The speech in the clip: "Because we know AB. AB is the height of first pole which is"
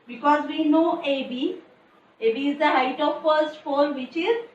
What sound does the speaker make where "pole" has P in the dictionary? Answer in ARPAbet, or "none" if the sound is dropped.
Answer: F